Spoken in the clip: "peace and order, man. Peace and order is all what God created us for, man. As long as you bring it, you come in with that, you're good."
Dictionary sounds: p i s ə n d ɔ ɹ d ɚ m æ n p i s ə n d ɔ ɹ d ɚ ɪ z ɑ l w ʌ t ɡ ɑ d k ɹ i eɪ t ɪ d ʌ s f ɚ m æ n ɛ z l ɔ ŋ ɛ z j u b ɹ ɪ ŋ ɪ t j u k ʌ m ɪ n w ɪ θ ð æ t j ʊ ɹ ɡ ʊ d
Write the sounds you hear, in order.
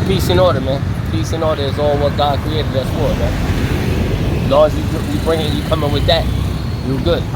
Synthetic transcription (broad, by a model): p i s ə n ɔ ɹ d ɚ m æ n p i s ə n ɔ ɹ d ɚ ɪ z ɑ l w ʌ t ɡ ɑ d k ɹ i eɪ t ɪ d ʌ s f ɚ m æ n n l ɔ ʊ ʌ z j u b ɹ ɪ ŋ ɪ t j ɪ k ʌ m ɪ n w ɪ ð æ t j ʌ w ɡ ʊ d